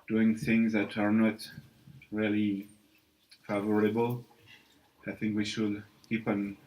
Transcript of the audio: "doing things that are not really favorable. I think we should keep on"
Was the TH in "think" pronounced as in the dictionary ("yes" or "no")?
yes